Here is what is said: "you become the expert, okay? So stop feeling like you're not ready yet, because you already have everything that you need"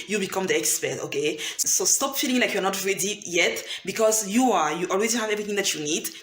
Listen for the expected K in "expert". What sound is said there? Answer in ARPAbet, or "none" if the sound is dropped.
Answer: K